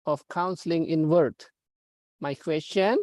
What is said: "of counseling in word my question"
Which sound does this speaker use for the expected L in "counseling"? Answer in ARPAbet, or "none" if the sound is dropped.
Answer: L